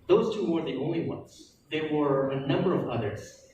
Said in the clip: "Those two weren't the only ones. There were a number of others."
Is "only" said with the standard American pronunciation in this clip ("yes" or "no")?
yes